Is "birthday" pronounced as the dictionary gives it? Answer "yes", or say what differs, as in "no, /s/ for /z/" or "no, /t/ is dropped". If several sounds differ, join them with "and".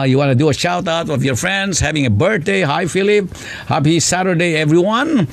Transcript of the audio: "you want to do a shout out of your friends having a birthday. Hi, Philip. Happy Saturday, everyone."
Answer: no, /t/ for /θ/